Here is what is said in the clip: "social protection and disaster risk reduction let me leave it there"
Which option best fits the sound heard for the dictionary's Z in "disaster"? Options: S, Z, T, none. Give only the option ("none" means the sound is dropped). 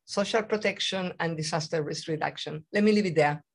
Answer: S